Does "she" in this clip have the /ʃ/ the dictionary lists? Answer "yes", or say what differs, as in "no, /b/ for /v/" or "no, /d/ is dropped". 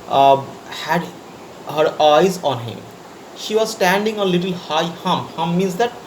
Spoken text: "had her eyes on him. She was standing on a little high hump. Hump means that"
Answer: yes